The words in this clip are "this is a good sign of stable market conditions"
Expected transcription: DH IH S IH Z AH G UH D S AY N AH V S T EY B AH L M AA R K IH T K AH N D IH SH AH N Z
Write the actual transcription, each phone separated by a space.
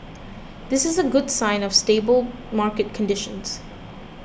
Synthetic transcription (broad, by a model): DH IH S IH Z AH G UH D S AY N AH V S T EY B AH L M AA R K IH T K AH N D IH SH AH N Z